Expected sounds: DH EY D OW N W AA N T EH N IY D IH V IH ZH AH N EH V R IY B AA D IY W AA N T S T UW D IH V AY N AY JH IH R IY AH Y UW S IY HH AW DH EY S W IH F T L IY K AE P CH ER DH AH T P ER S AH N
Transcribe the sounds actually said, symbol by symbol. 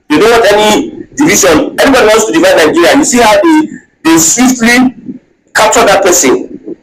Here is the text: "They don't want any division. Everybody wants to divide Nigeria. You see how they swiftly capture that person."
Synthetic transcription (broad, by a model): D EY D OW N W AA T EH N IY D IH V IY SH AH N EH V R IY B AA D IY W AA N T S T UW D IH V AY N AY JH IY R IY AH Y UW S IY HH AW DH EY S W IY F T L IY K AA P CH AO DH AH T P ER S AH N